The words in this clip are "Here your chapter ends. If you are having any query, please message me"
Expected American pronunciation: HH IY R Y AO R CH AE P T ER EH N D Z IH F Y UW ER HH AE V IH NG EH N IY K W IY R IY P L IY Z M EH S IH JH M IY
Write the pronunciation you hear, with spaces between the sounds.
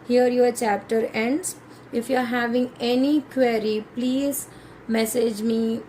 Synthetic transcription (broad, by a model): HH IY R Y AO R CH AE P T ER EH N D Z IH F Y UW ER HH AE V IH NG EH N IY K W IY R IY P L IY Z M EH S IH JH M IY